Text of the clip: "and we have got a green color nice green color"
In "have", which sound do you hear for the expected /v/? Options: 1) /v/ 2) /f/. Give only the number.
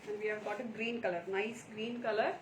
1